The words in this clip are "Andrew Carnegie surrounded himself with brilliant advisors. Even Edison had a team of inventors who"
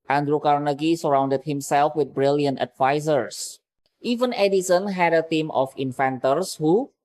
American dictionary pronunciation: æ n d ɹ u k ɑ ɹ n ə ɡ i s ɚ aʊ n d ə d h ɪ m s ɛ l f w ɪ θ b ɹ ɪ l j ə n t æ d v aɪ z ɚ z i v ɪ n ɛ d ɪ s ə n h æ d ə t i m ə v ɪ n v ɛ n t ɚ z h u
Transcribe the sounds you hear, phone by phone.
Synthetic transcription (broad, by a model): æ n d ɹ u k ɑ ɹ n ə ɡ i s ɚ aʊ n d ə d h ɪ m s ɛ l f w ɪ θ b ɹ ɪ l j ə n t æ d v aɪ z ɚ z i v ɪ n ɛ d ɪ s ə n h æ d ə t i m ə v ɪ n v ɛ n t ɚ s h u